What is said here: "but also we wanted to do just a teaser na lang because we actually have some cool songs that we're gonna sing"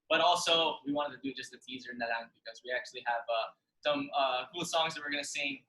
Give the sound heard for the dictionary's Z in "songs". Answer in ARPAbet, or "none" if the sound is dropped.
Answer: Z